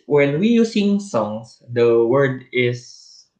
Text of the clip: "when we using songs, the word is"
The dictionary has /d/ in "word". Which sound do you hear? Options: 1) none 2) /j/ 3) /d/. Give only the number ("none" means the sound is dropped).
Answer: 3